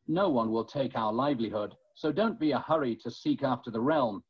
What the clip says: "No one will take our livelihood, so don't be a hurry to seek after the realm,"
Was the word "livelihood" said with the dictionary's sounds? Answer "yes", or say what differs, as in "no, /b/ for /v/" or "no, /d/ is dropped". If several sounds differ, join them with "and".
yes